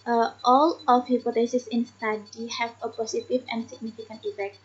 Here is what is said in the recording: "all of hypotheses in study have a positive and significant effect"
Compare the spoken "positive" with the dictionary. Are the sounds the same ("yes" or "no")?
no